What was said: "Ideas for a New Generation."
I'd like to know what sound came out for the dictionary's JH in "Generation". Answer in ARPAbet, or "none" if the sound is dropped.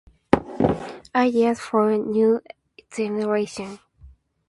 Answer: Z